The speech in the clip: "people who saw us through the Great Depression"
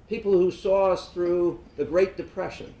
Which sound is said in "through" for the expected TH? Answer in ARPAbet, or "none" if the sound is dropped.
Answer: TH